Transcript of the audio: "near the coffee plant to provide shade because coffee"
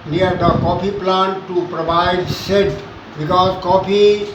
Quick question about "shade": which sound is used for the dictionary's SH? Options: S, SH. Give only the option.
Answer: S